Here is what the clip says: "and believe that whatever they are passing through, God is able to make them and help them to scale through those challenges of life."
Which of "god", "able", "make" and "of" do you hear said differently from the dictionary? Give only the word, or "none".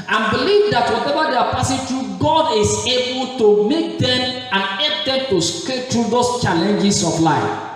of